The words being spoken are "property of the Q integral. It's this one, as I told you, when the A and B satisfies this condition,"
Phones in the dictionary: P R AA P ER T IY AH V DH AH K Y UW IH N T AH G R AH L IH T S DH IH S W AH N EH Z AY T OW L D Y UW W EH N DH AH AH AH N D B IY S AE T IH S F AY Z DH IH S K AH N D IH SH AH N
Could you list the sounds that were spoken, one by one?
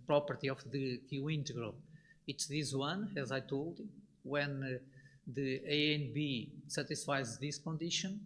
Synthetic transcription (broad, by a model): P R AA P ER T IY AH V DH AH K Y UW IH N T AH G R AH L IH T S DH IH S W AH N EH Z AY T OW L D W EH N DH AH AH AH N B IY S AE T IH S F AY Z DH IH S K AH N D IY SH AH N